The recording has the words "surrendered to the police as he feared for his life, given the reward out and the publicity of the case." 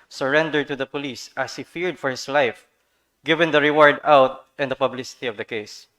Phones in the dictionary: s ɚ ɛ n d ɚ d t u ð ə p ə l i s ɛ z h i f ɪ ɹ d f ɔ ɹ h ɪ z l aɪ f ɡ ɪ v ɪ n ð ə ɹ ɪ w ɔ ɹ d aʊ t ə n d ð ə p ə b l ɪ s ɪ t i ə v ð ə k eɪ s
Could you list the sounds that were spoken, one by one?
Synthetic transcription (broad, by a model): s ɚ ɛ n d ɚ d t u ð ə p ə l i s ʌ s h i f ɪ ɹ d f ɔ ɹ h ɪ s l aɪ f ɡ ɪ v ɪ n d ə ɹ ɪ w ɔ ɹ d aʊ t ə n d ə p ə b l ɪ s ɪ t i ə v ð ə k eɪ s